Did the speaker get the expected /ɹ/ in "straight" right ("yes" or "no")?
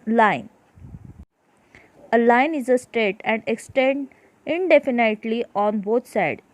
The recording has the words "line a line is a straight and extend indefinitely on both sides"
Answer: no